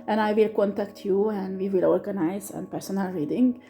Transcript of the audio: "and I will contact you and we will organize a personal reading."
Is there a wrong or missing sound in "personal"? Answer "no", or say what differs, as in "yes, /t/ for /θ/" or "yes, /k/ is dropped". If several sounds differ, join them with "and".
no